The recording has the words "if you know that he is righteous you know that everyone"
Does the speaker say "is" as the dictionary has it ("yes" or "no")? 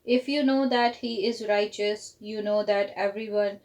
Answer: yes